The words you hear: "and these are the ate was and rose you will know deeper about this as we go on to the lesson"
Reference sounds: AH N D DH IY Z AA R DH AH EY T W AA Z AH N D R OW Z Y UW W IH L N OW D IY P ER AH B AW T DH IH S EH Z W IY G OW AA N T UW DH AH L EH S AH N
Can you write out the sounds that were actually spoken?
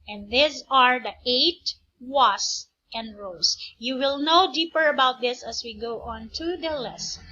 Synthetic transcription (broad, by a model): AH N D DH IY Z AA R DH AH EY T W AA S AH N D R OW S Y UW W IH L N OW D IY P ER AH B AW T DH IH S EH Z W IY G OW AA N T UW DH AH L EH S